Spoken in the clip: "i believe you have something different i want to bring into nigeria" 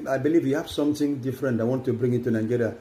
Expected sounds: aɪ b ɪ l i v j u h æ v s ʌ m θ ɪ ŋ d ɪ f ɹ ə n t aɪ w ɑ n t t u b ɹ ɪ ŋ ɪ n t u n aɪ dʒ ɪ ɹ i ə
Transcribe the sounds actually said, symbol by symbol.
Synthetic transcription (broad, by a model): aɪ b ɪ l i v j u h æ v s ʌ m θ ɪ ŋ d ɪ f ɹ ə n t aɪ w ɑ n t t u b ɹ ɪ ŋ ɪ t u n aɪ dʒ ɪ ɹ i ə